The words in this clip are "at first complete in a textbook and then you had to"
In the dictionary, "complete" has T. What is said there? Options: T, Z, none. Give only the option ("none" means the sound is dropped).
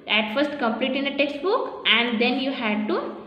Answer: T